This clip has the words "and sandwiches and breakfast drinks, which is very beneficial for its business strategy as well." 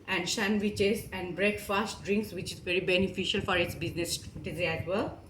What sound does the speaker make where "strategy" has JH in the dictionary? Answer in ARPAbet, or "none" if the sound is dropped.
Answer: Z